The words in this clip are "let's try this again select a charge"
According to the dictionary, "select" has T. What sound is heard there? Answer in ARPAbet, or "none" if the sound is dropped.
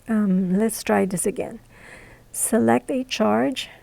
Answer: T